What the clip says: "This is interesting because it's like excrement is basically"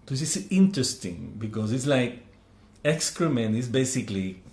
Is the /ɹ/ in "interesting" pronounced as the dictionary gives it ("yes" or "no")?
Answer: yes